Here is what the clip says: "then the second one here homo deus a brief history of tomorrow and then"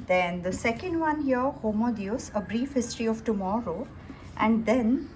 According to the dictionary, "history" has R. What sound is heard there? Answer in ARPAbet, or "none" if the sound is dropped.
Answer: R